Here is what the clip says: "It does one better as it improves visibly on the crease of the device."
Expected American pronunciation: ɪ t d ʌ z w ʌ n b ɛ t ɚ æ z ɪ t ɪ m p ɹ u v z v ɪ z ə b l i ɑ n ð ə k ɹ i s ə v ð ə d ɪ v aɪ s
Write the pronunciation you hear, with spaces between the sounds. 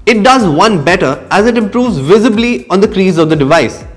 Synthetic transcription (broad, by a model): ɪ t d ʌ z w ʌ n b ɛ t ɚ æ z ɪ t ɪ m p ɹ u v z v ɪ z ə b l i ɑ n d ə k ɹ i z ə v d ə d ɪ v aɪ s